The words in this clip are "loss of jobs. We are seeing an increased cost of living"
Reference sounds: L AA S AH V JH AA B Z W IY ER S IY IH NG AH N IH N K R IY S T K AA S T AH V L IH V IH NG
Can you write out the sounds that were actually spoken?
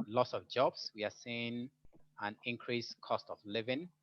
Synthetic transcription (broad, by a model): L AA S AH V JH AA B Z W IY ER S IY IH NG AH N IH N K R IY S K AA S T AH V L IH V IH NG